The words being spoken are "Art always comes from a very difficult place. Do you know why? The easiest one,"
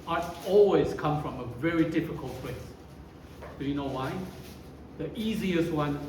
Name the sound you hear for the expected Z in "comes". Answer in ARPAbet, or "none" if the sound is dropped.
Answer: none